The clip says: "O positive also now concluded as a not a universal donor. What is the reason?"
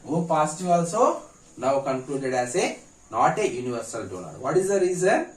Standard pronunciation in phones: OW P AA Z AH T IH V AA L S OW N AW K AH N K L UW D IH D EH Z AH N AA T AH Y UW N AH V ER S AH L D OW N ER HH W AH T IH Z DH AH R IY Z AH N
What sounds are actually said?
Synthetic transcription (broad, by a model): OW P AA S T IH AA L S OW N AW K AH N K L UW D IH D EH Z AH N AA T AH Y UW N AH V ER S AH L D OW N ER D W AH T IH Z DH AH R IY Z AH N